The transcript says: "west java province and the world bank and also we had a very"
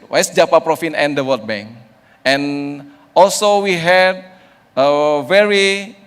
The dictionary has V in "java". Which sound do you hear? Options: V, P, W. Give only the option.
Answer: P